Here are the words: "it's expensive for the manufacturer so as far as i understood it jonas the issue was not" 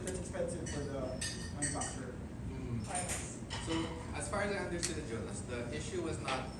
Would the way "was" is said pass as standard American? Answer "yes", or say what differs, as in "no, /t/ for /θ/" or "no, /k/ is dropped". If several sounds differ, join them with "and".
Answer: yes